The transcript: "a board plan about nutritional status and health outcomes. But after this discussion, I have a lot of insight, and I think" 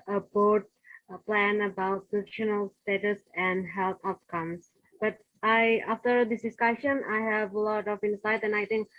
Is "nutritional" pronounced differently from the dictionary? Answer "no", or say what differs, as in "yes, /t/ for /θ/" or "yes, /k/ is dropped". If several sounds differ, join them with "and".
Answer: yes, /ɹ/ is dropped